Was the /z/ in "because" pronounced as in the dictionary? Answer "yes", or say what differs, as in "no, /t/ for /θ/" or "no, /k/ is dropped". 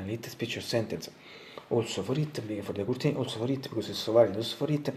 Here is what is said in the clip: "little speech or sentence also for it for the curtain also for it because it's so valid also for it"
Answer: no, /s/ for /z/